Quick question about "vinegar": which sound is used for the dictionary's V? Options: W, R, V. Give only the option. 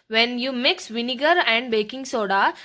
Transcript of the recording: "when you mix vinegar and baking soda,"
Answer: V